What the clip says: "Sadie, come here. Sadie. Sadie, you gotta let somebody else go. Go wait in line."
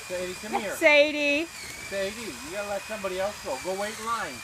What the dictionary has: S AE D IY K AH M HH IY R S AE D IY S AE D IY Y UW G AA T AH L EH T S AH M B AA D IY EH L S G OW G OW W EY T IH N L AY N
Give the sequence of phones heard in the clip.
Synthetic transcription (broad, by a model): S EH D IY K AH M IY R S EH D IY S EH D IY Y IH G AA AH L EH T S AH M B AA D IY EH L S G OW G OW W EY IH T L AY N